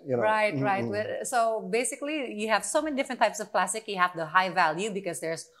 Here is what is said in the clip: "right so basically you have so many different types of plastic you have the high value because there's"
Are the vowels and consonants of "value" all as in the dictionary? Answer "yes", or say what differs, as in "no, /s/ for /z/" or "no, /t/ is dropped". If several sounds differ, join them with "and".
yes